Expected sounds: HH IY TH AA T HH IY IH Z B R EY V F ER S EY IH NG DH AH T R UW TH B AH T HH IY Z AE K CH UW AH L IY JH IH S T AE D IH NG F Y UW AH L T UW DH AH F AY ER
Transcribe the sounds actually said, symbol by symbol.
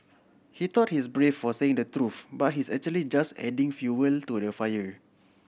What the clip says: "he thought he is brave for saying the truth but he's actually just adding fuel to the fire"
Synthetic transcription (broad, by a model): HH IY T AA T HH IY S B R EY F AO S EY IH NG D AH T R UW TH B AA T HH IY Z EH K CH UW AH L IY JH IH S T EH D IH NG F Y UW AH L T UW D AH F AY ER